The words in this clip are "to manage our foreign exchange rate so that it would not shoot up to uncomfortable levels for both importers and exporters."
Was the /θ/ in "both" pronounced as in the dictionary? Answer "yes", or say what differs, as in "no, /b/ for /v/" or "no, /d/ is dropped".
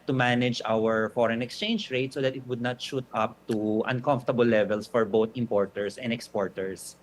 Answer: no, /t/ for /θ/